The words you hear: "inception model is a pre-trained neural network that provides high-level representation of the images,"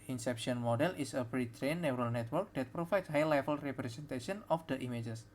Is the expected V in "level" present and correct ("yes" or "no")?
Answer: no